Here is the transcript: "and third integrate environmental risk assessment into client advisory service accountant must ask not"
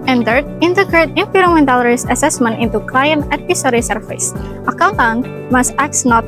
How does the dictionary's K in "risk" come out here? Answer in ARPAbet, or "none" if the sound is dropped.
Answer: none